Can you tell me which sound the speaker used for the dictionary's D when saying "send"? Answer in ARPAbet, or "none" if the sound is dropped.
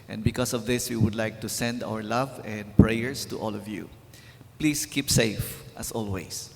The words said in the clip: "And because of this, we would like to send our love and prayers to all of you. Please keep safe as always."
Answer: D